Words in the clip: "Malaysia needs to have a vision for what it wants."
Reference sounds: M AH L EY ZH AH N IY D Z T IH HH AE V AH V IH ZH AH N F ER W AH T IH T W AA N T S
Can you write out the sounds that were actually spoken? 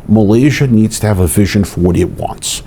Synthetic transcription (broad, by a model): M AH L EY ZH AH N IY D Z T IH V AH V IH ZH AH N F ER W AH T IH T W AA N T S